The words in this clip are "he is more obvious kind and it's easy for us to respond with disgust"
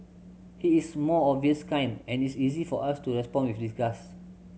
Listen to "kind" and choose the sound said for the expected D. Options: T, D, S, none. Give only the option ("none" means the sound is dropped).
none